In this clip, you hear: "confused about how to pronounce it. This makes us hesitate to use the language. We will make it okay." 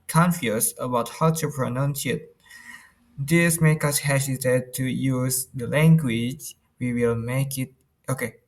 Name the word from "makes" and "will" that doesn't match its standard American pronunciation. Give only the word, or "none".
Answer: makes